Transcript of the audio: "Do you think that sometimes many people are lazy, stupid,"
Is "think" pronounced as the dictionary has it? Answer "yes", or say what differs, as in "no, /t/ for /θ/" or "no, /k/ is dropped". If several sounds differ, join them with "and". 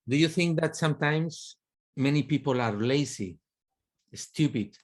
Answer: yes